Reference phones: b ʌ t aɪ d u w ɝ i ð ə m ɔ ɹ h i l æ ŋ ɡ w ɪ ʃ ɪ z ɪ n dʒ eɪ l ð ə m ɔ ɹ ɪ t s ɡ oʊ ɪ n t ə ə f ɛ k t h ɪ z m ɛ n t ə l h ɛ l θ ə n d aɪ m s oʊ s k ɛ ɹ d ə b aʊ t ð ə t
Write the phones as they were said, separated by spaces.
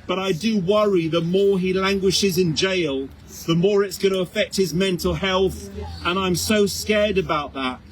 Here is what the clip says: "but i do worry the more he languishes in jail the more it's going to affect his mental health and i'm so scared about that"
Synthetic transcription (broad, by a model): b ʌ t aɪ d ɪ w ɝ i ð ə m ɔ ɹ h i l æ ŋ ɡ w ɪ ʃ ɪ z ɪ n dʒ eɪ l ð ə m ɔ ɹ ɪ t s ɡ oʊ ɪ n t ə ə f ɛ k t h ɪ z m ɛ n t l h ɛ l θ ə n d aɪ m s oʊ s k ɛ ɹ d ə b aʊ t ð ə t